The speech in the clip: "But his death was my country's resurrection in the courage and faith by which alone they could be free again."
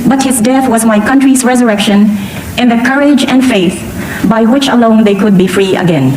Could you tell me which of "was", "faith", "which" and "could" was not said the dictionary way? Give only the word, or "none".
none